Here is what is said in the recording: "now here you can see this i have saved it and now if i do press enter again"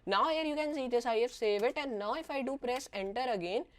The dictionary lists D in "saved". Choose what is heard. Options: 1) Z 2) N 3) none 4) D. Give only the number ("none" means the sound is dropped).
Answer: 3